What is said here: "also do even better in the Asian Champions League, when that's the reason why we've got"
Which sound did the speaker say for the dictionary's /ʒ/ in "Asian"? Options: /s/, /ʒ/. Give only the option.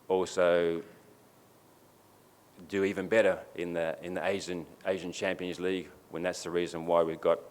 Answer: /ʒ/